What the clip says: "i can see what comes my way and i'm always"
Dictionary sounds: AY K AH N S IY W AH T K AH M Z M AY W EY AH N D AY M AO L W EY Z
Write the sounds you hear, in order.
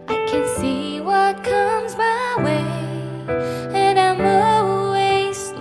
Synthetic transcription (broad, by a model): AY K AH N S IY W AH T K AH M Z M AY W EY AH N AY M AO L W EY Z